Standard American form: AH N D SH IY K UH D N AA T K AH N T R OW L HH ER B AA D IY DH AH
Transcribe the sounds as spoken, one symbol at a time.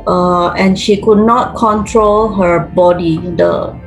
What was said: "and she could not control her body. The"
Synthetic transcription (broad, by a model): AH N SH IY K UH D N AA T K AH N T R OW L HH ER B AA D IY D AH